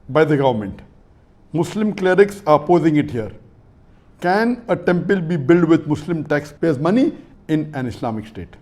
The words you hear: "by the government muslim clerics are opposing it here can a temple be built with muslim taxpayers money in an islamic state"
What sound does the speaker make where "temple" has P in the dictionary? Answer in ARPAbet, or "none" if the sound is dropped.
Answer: P